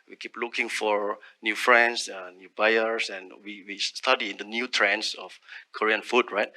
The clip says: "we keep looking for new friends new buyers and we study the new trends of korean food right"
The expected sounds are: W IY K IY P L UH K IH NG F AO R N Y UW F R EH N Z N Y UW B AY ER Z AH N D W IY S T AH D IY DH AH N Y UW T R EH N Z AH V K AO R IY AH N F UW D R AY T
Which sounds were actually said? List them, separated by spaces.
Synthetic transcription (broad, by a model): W IY K IY P L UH K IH NG F AO R N Y UW F R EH N S N Y UW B AY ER S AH N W W IY S T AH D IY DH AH N Y UW T R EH N S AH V K AO R IY AH N F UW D R AY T